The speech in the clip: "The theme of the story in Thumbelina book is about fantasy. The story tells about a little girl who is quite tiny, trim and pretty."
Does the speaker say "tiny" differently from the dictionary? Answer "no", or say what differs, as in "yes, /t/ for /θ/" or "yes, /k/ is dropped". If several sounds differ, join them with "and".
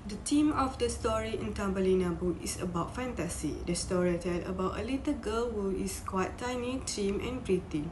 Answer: no